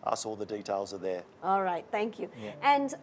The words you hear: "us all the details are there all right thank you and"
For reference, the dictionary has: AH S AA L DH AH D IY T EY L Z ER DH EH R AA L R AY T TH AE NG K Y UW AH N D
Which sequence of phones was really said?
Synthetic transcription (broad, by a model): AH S AA L DH AH D IY T EY L Z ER DH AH AA L R AY T TH AE NG K Y UW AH N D